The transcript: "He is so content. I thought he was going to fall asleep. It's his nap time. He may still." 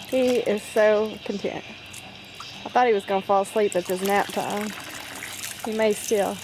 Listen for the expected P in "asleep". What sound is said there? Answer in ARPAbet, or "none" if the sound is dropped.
P